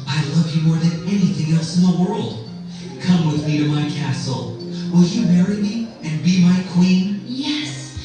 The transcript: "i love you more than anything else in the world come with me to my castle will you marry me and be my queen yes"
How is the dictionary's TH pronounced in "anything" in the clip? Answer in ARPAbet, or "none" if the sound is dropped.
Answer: TH